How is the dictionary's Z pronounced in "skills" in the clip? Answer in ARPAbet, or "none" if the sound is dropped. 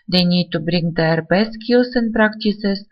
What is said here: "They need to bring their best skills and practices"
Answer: S